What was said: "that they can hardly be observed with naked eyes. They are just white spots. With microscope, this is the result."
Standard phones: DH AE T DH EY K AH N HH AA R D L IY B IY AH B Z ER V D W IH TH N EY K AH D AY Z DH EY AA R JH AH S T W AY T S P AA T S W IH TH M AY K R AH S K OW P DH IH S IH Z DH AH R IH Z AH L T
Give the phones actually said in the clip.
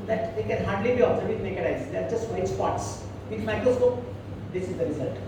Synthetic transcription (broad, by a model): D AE T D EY K AH N HH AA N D L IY B IY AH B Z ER D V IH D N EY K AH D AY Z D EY AA R JH AH S T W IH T S P AA T S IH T M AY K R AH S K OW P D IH S IH Z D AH R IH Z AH L T